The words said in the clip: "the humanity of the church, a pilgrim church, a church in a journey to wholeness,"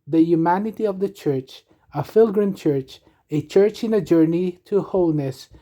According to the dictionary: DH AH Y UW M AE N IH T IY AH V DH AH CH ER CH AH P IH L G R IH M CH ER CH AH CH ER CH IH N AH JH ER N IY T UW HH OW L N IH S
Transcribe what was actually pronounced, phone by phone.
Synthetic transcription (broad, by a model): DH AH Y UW M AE N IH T IY AH V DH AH CH ER CH AH F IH L G R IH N CH ER CH AH CH ER CH IH N AH JH ER N IY T UW HH OW L N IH S